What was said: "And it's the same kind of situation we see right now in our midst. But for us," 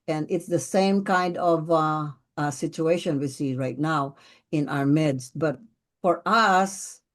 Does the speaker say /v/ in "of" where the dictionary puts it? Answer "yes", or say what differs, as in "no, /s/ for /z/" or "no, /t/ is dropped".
yes